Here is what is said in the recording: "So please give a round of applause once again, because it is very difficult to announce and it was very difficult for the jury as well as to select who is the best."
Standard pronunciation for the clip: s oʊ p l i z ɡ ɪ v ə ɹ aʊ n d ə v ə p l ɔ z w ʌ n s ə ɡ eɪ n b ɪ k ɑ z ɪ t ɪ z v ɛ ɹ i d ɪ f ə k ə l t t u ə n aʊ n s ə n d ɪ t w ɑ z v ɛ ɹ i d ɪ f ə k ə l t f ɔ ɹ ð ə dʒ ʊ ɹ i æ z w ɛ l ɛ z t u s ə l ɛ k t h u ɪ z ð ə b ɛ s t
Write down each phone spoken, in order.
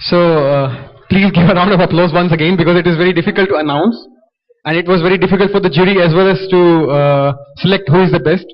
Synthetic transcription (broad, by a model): s oʊ p l i z ɡ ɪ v ə ɹ aʊ n d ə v ə p l ɔ z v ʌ n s ə ɡ eɪ n b ɪ k ɑ z ɪ t ɪ z v ɛ ɹ i d ɪ f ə k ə l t t u ə n aʊ n s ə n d ɪ t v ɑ z v ɛ ɹ i d ɪ f ə k ə l t f ɔ ɹ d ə dʒ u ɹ i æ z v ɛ l ɛ z t u s ə l ɛ k t h u ɪ z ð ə b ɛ s t